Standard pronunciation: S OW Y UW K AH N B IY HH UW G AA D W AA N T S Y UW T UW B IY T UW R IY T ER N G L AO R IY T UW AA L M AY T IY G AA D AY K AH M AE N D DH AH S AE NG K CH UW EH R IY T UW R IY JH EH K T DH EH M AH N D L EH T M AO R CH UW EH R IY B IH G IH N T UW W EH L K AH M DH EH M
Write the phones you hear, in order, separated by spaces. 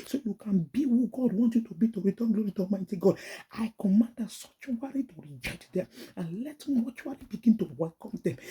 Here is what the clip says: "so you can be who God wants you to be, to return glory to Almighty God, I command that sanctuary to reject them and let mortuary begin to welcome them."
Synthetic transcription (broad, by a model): S OW Y UW K AH N B IY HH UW G AA D W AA N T Y UW T UW B IY T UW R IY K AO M G L AO R IY T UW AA M AY T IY G AA D AY K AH M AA N D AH S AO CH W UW R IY T UW R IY JH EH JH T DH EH M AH N L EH T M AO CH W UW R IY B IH G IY N T UW W EH L K AH M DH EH M